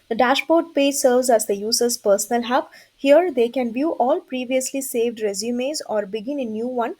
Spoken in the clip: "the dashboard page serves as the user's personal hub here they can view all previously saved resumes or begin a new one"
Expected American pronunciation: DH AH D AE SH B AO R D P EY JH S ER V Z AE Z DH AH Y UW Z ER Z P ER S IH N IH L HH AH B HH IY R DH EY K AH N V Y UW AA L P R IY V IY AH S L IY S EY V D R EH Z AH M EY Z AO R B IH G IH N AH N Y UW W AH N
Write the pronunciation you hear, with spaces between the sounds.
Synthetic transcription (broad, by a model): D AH D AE SH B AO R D P EY JH S ER V Z AE Z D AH Y UW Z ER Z P ER S IH N IH L HH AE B HH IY R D EY K AH N V Y UW AA L P R IY V IY AH S L IY S EY V D R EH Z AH M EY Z AO R B IH G IH N AH N Y UW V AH N